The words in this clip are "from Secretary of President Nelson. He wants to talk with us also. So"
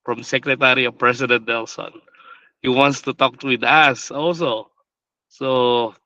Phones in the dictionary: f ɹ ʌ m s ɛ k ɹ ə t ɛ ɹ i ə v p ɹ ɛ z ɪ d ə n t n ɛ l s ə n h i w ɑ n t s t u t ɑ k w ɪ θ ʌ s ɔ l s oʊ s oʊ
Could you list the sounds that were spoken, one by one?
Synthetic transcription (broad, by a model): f ɹ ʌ m s ɛ k ɹ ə t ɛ ɹ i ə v p ɹ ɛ s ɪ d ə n t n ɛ l s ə n h i w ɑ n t s t u t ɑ k w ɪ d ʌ s ɔ l s oʊ s oʊ